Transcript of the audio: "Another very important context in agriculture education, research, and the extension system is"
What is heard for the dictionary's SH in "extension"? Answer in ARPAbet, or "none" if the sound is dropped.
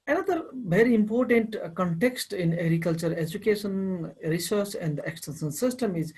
S